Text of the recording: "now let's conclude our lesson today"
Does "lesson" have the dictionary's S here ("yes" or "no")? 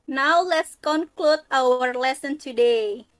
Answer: yes